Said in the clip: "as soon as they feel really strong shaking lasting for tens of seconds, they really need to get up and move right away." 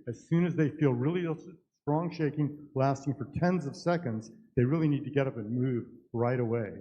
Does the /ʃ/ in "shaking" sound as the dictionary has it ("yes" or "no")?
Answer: yes